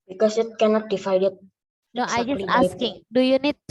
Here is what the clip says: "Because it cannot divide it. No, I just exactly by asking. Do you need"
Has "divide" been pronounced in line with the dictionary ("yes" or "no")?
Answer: no